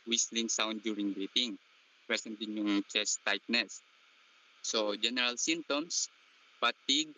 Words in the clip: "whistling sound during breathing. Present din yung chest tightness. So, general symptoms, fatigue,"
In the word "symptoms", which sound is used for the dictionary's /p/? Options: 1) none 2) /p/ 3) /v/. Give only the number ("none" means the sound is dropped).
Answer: 1